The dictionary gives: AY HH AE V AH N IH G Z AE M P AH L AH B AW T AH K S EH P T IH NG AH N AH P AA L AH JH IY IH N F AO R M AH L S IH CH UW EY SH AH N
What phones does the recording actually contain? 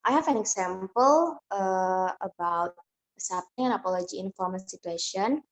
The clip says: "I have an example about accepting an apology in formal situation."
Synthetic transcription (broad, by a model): AY HH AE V AH N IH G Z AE M P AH L AH B AW T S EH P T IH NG AH N AH P AA L AH JH IY IH N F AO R M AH N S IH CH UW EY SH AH N